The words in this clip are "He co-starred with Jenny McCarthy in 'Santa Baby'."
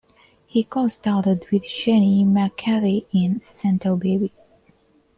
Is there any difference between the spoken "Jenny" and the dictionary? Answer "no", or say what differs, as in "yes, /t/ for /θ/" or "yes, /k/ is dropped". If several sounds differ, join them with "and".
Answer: yes, /ʃ/ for /dʒ/